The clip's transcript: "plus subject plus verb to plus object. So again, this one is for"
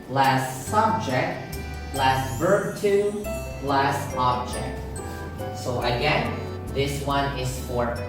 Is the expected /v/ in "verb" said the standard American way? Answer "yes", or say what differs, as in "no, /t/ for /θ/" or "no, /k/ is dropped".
yes